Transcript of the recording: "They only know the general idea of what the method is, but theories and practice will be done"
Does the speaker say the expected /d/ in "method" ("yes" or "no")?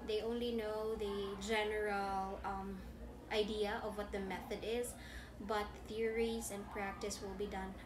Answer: yes